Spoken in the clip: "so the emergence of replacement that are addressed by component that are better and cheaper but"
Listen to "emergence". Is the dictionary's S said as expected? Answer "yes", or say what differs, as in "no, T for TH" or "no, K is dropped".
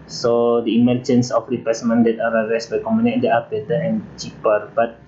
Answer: yes